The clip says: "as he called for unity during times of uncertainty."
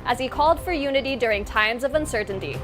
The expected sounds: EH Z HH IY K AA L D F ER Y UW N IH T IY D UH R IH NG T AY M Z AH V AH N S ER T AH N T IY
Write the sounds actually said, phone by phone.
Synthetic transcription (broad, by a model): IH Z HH IY K AA L D F ER Y UW N IH T IY D UH R IH NG T AY M Z AH V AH N S ER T N T IY